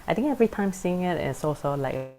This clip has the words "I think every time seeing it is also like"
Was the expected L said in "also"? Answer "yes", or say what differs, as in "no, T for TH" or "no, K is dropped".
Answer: no, L is dropped